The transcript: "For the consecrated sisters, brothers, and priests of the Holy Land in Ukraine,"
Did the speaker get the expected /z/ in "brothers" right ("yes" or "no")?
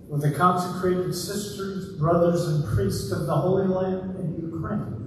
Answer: yes